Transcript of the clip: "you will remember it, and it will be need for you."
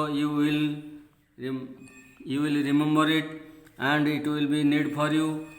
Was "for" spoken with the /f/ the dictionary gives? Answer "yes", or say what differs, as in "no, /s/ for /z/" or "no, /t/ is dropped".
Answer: no, /p/ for /f/